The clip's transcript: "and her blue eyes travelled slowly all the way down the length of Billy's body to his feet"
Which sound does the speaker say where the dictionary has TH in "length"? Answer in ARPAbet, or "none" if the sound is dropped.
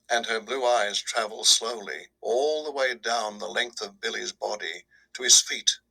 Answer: TH